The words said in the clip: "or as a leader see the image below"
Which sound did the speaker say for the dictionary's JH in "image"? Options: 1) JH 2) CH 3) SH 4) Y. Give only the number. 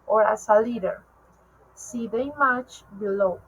2